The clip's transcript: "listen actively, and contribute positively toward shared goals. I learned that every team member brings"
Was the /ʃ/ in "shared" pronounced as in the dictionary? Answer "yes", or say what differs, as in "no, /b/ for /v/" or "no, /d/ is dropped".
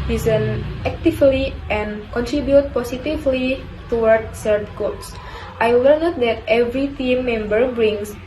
no, /s/ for /ʃ/